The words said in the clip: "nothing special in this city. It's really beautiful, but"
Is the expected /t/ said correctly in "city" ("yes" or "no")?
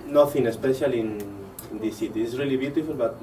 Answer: no